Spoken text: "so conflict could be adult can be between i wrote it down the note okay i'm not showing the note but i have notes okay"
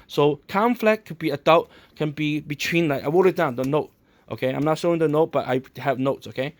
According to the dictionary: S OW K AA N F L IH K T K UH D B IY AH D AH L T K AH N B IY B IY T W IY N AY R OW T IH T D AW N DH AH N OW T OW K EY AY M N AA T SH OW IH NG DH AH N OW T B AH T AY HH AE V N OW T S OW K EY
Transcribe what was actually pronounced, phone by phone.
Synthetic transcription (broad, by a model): S OW K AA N F L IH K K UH B IY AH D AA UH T K AH N B IY B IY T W IY N AY W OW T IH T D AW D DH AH N OW T OW K EY AY M N AA T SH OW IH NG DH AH N OW T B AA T AY HH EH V N OW T S OW K EY